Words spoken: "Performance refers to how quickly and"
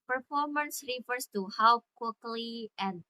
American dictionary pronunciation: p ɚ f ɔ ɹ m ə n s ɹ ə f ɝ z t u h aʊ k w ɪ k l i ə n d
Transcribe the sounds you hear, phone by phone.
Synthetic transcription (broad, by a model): p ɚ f ɔ ɹ m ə n s ɹ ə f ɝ s t u h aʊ k w ɪ k l i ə n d